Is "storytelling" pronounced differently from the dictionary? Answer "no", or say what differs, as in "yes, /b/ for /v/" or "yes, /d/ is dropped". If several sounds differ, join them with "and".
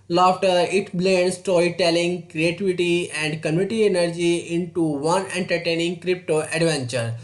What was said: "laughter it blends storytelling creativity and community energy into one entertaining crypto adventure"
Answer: yes, /ɹ/ is dropped